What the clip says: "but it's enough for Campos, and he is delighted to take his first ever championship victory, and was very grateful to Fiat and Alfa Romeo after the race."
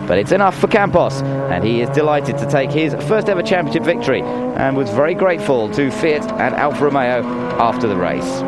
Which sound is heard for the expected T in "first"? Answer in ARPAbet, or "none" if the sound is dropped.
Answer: T